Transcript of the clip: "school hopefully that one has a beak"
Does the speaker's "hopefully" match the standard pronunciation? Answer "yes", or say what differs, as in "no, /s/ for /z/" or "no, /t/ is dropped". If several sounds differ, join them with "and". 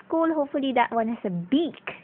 yes